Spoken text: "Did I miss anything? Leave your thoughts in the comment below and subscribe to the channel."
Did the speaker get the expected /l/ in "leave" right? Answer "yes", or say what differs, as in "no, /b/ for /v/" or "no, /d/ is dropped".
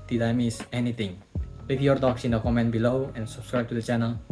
no, /w/ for /l/